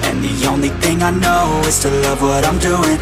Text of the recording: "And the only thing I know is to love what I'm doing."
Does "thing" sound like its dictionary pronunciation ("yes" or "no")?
yes